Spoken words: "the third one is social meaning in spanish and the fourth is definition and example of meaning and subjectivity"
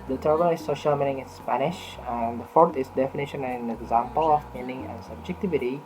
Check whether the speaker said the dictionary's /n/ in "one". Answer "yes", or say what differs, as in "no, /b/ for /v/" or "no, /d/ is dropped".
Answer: no, /l/ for /n/